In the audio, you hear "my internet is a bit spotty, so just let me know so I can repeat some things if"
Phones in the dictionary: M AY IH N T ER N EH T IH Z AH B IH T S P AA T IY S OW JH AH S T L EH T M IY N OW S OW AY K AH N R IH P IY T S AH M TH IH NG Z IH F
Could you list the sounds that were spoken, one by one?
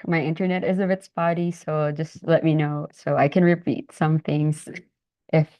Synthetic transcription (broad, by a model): M AY IH N T ER N EH T IH Z AH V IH T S B AA T IY S OW JH AH S T L EH T M IY N OW S OW AY K AH N R IH P IY T S AH M TH IH NG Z IH F